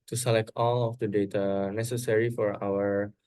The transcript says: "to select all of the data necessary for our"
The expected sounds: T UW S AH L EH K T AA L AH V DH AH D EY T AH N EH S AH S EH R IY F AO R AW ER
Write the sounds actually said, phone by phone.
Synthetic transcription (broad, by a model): T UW S AH L EH K T AA L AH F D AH D EY T AH N EH S AH S EH R IY F AO R AW ER